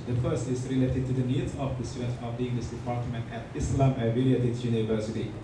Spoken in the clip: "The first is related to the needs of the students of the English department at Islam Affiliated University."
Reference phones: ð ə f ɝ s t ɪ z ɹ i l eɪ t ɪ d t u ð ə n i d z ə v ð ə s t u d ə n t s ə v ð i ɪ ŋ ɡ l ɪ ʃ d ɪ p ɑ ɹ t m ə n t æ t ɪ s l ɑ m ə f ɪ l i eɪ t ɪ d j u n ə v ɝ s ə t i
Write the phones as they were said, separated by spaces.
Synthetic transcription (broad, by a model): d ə f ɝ s t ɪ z ɹ i l eɪ t ɪ d t u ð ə n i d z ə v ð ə s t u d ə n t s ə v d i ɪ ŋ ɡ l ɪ s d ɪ p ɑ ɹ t m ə n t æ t ɪ s l ɑ m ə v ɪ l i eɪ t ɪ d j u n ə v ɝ s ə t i